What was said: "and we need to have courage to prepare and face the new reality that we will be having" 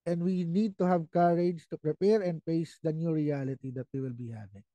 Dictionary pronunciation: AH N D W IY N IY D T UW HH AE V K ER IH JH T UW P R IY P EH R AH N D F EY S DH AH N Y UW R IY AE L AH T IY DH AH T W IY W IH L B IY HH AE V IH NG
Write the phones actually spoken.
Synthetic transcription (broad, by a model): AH N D W IY N IY D T UW HH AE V K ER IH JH T UW P R IY P EH R AH N D P EY S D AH N Y UW R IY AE L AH T IY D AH T W IY W IH L B IY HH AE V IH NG